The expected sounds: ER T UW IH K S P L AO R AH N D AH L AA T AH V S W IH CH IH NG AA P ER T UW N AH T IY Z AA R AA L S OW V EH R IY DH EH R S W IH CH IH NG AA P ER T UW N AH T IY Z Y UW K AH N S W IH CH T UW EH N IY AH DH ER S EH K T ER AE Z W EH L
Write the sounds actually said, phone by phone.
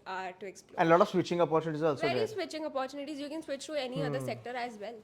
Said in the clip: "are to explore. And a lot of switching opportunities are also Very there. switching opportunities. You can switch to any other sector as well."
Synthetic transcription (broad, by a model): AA T UW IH K S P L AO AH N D L AA T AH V S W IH CH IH NG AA P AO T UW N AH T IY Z AA R AA L S OW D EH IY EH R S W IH CH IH NG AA P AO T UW N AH T IY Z Y UW K AH N S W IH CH T UW EH N IY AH ER S EH K T ER AE Z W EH L